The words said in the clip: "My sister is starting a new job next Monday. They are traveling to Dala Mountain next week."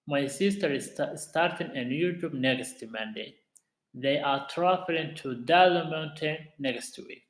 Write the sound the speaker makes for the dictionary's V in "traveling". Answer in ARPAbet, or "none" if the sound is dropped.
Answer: F